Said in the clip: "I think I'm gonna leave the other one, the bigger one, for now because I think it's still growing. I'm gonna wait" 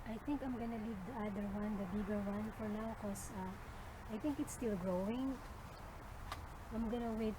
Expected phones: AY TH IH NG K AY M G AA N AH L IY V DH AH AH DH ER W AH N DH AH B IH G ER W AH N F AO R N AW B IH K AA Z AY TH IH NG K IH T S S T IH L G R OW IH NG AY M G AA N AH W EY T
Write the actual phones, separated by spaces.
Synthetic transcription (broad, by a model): AY TH IH NG K AY M G AA N AH L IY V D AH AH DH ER W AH N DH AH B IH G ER W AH N F AO R N AW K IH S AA AY TH IH NG K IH T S S T IH L G R OW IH NG AY M G AA N AH W EY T